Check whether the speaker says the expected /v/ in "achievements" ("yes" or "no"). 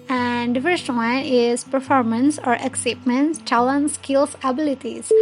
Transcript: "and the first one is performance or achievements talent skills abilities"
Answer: no